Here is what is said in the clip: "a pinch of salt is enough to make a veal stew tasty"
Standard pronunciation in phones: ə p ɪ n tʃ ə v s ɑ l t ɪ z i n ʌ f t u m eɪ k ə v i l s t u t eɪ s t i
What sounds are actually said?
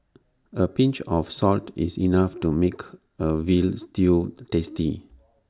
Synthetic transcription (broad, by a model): ə p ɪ n tʃ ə f s ɑ l t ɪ s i n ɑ f t u m eɪ k ə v i l s t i t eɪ s t i